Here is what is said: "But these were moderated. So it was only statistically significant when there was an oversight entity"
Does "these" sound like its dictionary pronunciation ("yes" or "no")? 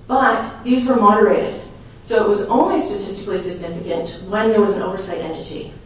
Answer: yes